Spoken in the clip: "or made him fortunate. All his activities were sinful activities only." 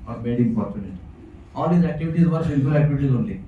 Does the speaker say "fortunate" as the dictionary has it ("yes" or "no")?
no